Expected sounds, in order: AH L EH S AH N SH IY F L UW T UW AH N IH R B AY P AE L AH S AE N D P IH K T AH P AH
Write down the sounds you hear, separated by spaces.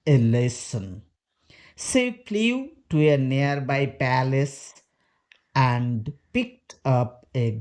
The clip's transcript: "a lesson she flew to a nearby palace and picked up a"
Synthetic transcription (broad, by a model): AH L EH S AH N S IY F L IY T UW AH N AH R B AY P AE L AH S AE N D P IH K T AH P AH